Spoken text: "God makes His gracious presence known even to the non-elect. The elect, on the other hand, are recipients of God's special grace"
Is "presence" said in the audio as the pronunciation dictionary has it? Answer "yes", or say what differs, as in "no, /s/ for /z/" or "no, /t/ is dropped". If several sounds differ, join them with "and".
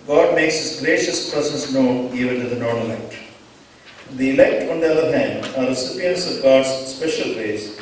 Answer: no, /s/ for /z/ and /n/ is dropped